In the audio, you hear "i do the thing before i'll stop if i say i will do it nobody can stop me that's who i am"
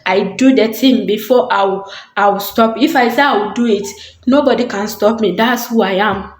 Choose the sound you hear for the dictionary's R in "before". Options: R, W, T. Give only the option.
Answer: W